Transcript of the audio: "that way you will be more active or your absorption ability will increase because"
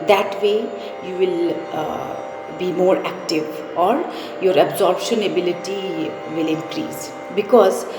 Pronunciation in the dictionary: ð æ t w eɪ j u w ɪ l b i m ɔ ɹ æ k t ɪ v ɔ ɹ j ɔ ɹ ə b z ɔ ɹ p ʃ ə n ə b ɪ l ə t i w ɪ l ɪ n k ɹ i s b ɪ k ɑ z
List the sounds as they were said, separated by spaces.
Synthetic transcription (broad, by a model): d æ t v eɪ j u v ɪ l b i m ɔ ɹ æ k t ɪ v ɔ ɹ j ɔ ɹ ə b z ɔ ɹ b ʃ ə n ə b ɪ l ə t i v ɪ l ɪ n k ɹ i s b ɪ k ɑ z